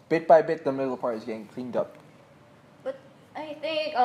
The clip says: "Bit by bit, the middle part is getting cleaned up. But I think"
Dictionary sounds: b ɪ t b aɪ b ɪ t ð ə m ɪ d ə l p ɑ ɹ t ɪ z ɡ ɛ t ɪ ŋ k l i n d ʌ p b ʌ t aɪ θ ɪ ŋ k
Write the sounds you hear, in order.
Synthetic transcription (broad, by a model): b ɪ t b aɪ b ɪ t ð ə m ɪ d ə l p ɑ ɹ t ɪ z ɡ ɛ t ɪ ŋ k l i n d ʌ p b ʌ t aɪ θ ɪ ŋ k